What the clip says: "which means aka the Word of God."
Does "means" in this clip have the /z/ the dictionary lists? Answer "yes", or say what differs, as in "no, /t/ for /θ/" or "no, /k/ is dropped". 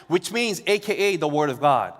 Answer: yes